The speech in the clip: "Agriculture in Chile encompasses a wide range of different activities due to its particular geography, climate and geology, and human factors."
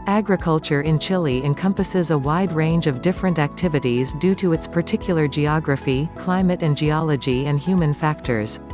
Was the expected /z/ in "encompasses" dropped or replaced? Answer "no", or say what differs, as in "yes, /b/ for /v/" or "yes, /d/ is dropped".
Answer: no